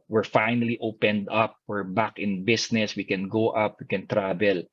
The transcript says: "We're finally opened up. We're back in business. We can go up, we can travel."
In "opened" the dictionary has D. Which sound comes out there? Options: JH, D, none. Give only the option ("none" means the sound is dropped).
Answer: D